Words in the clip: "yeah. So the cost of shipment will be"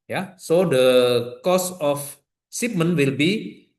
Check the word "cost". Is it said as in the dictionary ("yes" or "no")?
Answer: no